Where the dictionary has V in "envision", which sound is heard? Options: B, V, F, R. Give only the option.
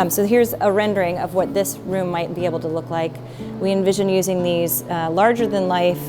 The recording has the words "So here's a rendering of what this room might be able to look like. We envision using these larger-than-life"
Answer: V